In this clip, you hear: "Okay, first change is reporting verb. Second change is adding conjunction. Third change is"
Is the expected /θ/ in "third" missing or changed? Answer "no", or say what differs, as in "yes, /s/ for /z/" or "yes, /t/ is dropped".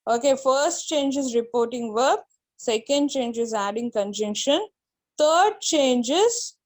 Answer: yes, /t/ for /θ/